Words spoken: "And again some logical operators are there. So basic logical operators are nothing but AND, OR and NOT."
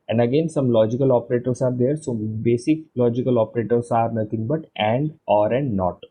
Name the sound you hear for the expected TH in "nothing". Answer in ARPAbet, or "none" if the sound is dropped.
T